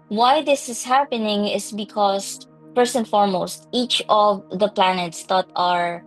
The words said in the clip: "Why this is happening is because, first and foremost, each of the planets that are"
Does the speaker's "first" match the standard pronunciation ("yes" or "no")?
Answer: no